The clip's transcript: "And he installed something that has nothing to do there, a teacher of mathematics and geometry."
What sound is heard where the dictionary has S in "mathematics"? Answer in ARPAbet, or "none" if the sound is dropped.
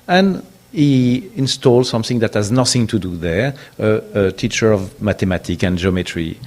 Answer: none